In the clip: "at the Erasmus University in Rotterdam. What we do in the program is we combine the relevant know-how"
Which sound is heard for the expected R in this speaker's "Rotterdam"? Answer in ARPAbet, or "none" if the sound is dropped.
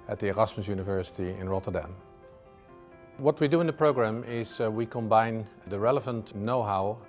R